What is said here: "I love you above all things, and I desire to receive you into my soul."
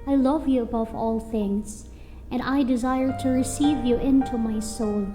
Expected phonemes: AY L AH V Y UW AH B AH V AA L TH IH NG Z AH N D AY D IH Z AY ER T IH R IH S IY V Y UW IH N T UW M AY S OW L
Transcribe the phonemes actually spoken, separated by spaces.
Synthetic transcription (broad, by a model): AY L AH V Y UW AH B AH V AA L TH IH NG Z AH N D AY D IH Z AY ER T IH R IH S IY V Y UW IH N T UW M AY S OW L